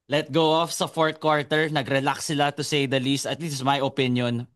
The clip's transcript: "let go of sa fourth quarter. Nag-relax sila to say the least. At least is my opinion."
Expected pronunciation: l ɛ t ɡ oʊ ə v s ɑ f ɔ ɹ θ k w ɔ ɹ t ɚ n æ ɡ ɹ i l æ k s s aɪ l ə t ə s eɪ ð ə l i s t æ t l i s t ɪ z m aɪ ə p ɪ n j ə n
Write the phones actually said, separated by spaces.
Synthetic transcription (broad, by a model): l ɛ t ɡ oʊ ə f s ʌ f ɔ ɹ t k w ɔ ɹ t ɚ n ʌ ɡ ɹ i l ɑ k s s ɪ l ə t ə s eɪ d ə l i s t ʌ t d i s ɪ s m aɪ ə p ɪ n j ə n